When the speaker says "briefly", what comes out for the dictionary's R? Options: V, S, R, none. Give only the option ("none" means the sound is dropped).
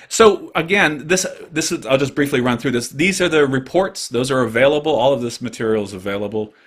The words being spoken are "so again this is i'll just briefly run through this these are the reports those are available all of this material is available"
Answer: R